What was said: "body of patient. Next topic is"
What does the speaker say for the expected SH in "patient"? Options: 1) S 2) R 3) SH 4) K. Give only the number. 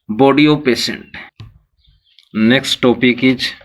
1